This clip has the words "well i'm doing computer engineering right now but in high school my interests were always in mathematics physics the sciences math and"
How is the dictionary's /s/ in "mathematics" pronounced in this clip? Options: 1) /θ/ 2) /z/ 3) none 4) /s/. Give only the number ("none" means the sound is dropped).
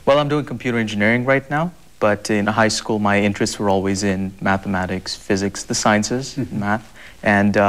4